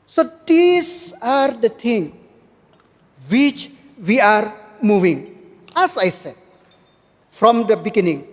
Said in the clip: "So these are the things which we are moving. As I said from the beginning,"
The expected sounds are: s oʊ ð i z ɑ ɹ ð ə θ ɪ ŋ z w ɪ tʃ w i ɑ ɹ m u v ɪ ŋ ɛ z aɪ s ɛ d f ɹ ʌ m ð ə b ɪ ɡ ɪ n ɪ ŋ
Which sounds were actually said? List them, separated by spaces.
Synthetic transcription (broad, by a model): s oʊ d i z ɑ ɹ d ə t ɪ ŋ w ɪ tʃ w i ɑ ɹ m u v ɪ ŋ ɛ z aɪ s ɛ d f ɹ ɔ m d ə b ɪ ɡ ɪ n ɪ ŋ